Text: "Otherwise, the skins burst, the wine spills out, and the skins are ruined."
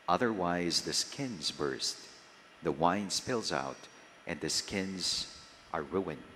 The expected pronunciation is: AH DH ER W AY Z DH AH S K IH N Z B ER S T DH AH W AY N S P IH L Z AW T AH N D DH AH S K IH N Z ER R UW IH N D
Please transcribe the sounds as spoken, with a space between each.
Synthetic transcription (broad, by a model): AH DH ER W AY Z DH AH S K IH N Z B ER S T DH AH W AY N S P IH L Z AW T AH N DH AH S K IH N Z ER R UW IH N